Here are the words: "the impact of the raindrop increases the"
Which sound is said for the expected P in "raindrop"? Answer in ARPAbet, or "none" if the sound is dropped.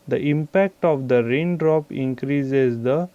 P